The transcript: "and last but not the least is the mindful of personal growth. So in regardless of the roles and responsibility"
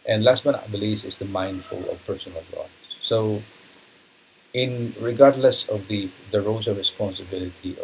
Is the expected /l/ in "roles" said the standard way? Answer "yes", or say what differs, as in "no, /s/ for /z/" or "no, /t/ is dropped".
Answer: no, /l/ is dropped